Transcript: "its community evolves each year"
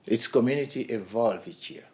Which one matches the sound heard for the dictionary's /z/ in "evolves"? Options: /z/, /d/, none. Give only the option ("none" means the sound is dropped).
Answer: none